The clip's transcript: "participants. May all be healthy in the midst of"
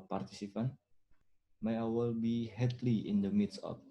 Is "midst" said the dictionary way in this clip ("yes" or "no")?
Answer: no